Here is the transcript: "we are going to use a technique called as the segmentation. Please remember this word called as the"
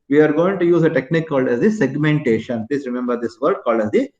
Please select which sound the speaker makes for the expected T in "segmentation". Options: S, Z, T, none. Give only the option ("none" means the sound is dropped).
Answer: T